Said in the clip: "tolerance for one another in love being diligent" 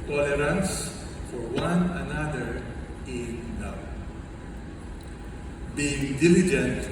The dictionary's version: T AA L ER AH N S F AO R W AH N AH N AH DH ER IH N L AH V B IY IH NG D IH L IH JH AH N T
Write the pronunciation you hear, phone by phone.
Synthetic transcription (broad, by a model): T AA L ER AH N S F AO R W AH N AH N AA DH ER IH N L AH W B IY IH NG D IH L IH JH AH N T